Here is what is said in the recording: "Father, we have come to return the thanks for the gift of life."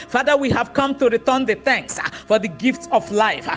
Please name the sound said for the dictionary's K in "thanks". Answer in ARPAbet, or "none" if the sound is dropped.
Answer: K